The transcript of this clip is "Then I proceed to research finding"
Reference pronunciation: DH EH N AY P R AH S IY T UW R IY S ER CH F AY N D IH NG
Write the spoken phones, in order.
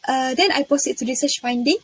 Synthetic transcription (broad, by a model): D EH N AY P AH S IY T UW R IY S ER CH F AY N D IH NG